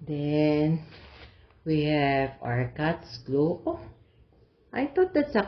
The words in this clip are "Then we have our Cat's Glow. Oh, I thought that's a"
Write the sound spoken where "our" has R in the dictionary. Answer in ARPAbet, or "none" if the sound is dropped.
R